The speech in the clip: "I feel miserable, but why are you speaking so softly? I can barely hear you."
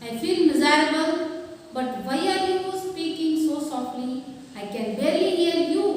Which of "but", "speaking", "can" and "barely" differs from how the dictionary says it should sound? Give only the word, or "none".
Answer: barely